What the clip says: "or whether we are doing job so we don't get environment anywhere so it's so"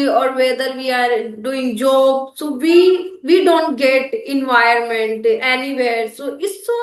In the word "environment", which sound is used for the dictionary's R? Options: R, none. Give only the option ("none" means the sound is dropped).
none